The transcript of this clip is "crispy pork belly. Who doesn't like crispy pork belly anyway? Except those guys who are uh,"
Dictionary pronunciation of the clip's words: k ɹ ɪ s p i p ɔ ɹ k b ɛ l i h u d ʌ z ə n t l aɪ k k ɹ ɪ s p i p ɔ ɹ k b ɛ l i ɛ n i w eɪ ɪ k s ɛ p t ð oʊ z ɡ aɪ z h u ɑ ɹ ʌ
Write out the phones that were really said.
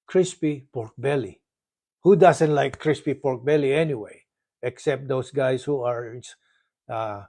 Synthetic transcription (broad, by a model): k ɹ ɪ s p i p ɔ ɹ k b ɛ l i h u d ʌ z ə n t l aɪ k k ɹ ɪ s p i p ɔ ɹ k b ɛ l i ɛ n i w eɪ ɪ k s ɛ p t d oʊ s ɡ aɪ s h u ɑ ɹ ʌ